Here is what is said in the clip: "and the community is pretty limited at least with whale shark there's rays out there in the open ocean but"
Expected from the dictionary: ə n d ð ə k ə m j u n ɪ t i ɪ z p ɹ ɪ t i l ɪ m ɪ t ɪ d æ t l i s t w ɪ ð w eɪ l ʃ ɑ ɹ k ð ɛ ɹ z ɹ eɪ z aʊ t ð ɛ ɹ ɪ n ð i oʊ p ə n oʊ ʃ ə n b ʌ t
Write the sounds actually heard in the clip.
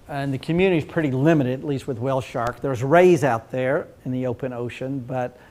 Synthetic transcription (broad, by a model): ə n ð ə k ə m j u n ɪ t i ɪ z p ɹ ɪ t i l ɪ m ɪ t ɪ d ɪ t l i s t w ɪ ð w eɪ l ʃ ɑ ɹ k ð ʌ ɹ z ɹ eɪ z aʊ t ð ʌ ɹ ɪ n ð i oʊ p ə n oʊ ʃ ə n b ʌ t